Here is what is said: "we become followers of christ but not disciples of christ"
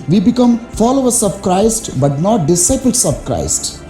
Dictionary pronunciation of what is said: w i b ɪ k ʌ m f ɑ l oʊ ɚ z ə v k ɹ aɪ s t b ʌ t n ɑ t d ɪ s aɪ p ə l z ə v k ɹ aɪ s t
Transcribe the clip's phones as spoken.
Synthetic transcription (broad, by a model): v i b ɪ k ʌ m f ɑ l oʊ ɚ s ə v k ɹ aɪ s t b ʌ t n ɑ t d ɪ s aɪ p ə l s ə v k ɹ aɪ s t